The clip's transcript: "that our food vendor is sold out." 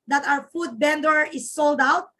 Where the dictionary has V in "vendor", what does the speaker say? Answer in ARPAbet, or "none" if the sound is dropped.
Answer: B